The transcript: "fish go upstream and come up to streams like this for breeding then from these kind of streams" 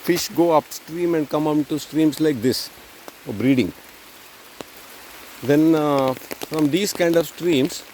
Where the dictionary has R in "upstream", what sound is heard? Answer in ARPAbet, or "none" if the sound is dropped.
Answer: R